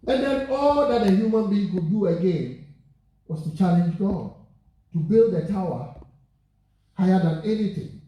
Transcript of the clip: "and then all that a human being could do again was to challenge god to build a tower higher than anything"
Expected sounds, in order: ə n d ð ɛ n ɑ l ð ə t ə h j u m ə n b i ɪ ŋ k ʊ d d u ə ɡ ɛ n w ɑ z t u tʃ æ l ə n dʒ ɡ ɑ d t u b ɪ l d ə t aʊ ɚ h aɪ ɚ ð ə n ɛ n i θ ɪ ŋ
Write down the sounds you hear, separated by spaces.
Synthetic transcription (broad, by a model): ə n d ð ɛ n ɑ l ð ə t ə h j u m ə n b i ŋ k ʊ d d u ə ɡ ɛ n w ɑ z t u tʃ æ l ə n dʒ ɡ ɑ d t u b ɪ l d ə t aʊ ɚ h aɪ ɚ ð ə n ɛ n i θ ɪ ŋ